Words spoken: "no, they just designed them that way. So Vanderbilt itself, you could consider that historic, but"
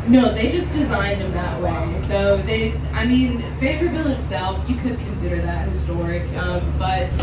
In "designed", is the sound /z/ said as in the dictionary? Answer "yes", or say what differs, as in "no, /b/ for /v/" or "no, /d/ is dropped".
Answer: yes